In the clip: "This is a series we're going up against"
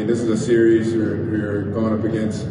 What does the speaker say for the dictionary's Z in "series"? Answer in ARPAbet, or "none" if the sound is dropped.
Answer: Z